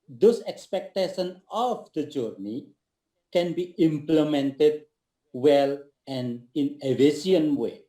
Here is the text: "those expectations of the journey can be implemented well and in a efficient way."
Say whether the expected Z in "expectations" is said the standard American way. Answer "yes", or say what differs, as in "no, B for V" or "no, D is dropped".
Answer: no, Z is dropped